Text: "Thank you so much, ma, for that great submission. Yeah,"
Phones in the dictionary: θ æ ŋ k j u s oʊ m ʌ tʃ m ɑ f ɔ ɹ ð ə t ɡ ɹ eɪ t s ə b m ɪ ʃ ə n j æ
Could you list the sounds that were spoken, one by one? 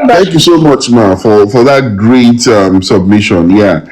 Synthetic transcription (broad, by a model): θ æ ŋ k j u s oʊ m ʌ tʃ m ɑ f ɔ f ð ə t ɡ ɹ eɪ t s ə b m ɪ ʃ ə n j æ